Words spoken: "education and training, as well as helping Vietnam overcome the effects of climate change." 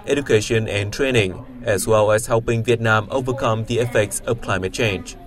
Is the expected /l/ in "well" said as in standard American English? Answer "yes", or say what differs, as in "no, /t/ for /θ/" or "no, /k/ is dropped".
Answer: yes